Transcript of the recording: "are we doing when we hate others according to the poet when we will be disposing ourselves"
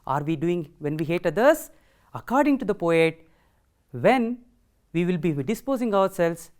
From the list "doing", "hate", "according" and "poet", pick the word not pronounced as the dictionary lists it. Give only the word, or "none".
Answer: none